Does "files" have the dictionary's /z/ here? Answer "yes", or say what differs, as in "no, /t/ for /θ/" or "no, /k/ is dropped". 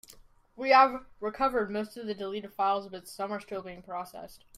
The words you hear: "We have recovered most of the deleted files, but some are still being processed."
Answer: yes